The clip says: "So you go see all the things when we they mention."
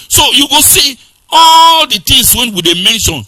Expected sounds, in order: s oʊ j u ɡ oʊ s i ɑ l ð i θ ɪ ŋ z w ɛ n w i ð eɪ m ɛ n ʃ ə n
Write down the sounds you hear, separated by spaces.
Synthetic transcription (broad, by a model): s oʊ j u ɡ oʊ s i ɑ l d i t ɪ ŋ s w ɛ n w i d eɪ m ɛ n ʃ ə n